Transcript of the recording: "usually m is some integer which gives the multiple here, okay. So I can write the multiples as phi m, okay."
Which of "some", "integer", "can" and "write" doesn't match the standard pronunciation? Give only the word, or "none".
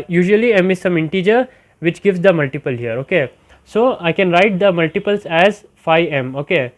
none